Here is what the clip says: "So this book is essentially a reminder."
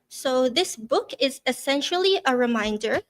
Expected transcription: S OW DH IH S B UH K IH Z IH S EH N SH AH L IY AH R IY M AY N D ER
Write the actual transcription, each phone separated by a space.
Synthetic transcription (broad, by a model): S OW DH IH S B UH K IH Z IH S EH N SH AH L IY AH R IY M AY N D ER